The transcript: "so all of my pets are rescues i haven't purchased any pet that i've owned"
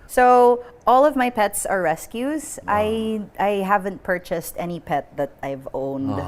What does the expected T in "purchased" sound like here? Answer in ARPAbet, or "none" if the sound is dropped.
T